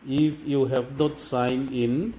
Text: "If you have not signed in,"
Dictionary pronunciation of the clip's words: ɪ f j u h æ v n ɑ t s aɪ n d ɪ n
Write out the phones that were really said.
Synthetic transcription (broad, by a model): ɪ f j u h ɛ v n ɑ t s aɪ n ɪ n